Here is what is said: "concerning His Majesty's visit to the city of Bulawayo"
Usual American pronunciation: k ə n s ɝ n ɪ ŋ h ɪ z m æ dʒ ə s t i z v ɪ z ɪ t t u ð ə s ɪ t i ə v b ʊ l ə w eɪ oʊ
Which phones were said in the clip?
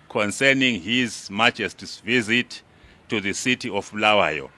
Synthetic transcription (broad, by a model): k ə n s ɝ n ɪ ŋ h ɪ z m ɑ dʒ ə s t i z v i z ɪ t t u ð ə s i t i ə f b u l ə w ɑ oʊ